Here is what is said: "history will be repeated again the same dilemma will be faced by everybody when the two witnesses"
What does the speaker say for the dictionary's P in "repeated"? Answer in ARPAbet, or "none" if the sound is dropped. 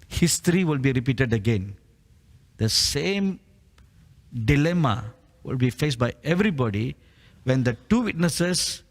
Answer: P